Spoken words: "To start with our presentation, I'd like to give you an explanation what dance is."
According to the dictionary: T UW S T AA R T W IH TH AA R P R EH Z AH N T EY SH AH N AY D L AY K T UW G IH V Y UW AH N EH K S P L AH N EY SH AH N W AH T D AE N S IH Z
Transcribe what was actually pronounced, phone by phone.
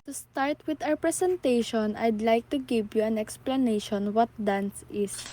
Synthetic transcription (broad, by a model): T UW S T AA R T W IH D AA W P R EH S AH N T EY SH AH N AY D L AY K T UW G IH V Y UW AH N EH K S P L AH N EY SH AH N W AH T D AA N S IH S